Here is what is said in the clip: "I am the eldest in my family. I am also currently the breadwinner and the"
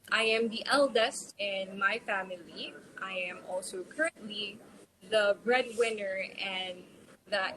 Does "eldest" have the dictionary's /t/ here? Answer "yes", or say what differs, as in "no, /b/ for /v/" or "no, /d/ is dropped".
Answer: yes